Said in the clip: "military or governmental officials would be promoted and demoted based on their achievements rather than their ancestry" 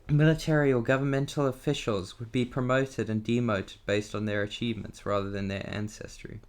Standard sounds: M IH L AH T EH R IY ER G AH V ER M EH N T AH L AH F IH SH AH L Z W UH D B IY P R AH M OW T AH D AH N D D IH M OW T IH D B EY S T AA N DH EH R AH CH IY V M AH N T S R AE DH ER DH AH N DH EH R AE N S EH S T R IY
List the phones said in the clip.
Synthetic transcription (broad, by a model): M IH L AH T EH R IY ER G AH V ER M EH N T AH L AH F IH SH AH L Z W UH D B IY P R AH M OW T AH D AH N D D IH M OW T IH D B EY S T N DH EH R AH CH IY V M AH N T S R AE DH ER DH AH N DH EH R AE N S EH S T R IY